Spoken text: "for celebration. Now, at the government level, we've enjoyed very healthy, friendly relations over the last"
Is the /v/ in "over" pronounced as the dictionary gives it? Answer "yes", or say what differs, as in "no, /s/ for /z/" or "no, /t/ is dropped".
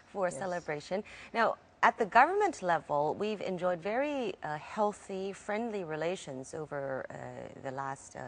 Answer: yes